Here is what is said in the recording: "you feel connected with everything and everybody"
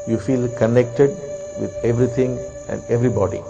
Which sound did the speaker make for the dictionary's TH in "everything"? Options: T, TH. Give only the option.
T